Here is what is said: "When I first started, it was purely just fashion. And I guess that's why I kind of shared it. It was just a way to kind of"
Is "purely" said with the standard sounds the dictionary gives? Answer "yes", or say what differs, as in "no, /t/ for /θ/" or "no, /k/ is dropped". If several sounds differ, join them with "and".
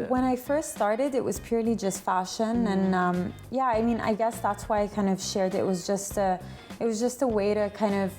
yes